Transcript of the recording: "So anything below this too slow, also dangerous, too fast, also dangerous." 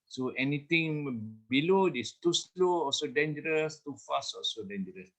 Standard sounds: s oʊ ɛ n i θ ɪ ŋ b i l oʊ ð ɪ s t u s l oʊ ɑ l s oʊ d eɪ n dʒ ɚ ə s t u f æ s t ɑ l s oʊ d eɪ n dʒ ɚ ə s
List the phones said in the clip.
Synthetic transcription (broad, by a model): s oʊ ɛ n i t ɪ ŋ b i l oʊ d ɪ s t u s l oʊ ɑ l s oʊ d eɪ n dʒ ɚ ə s t u f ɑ s ɑ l s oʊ d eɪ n dʒ ɚ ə s